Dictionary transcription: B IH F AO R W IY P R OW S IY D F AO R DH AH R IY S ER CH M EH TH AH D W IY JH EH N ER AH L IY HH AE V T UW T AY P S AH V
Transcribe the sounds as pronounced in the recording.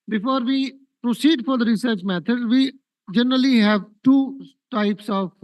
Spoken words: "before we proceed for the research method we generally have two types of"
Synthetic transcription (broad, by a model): B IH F AO R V IY P R OW S IY D F AO R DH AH R IY S ER CH M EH T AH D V IY JH EH N ER AH L IY HH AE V T UW T AY P S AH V